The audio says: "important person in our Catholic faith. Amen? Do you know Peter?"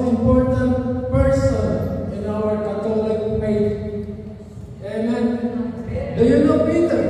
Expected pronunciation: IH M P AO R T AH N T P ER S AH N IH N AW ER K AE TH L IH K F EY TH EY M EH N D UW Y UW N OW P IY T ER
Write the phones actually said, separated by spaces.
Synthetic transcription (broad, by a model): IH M P AO R T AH N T P ER S AH N IH N AW ER K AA T L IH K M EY T EY M EH N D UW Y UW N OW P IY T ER